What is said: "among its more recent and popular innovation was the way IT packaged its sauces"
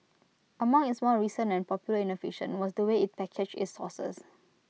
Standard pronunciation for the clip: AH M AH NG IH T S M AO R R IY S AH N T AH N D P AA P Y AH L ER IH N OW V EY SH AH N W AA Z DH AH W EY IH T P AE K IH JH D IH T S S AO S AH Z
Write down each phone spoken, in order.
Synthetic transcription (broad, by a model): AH M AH NG IH T S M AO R R IY S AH N AH N P AA P Y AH L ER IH N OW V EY SH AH N W AA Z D AH W EY IH T P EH K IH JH IH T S S AO S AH S